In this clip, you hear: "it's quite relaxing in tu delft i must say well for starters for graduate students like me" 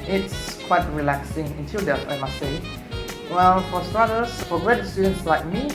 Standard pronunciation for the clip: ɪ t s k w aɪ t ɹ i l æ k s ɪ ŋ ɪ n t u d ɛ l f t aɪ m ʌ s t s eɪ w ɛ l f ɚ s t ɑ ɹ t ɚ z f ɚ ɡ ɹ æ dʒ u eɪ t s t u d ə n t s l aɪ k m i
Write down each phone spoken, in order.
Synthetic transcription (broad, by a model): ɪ t s k w aɪ t ɹ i l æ k s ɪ ŋ ɪ n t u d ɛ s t aɪ m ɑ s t s eɪ w ɛ l f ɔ s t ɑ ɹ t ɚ s f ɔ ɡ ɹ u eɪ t s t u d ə n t s l aɪ k m i